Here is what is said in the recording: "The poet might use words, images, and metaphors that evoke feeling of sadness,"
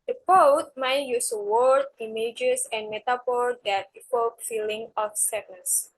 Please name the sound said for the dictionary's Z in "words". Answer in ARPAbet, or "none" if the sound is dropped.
none